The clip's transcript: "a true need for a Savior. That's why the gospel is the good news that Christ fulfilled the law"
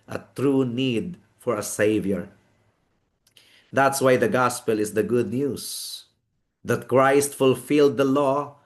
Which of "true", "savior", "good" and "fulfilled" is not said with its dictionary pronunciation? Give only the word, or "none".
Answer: none